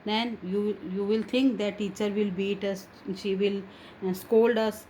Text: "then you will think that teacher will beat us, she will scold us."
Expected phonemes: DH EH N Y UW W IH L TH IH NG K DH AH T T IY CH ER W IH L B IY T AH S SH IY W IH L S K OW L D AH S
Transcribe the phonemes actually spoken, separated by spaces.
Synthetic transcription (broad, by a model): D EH N Y UW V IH L T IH NG K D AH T T IY CH ER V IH L B IY T AH S SH IY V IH L S K OW L D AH S